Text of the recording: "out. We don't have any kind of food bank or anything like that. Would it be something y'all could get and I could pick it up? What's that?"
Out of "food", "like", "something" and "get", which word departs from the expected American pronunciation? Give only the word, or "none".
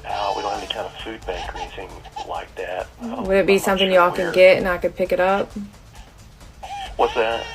none